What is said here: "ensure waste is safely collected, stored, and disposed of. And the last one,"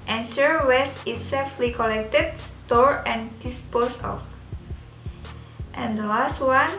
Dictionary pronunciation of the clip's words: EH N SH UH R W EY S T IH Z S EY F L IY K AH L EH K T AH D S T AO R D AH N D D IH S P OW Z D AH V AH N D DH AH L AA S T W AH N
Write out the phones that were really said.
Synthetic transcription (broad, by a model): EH N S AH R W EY S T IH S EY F L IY K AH L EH K T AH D S T AO R AH N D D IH S P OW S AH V AH N D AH L AA S T W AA N